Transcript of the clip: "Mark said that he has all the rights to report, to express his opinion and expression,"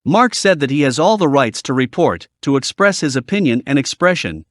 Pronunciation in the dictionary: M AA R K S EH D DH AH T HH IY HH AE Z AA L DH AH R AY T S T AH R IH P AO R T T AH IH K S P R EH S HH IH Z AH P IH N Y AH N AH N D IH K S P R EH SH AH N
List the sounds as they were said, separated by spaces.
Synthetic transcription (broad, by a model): M AA R K S EH D DH AH T HH IY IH Z AA L DH AH R AY T S T AH R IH P AO R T T AH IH K S P R EH S HH IH Z AH P IH N Y AH N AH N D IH K S P R EH SH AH N